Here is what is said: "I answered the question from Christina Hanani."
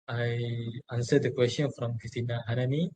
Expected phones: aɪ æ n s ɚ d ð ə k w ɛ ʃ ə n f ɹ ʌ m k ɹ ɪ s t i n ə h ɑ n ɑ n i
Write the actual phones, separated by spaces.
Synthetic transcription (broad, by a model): aɪ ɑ n s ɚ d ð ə k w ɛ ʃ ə n f ɹ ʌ m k ɪ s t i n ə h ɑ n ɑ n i